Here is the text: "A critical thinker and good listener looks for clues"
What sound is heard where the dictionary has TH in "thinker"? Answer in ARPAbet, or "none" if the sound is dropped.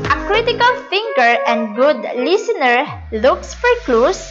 F